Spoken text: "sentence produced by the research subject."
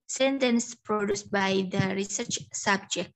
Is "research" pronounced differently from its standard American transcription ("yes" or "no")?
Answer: no